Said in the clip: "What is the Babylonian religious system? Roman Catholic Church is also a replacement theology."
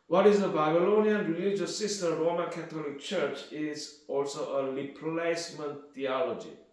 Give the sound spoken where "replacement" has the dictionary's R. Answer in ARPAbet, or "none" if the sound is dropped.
L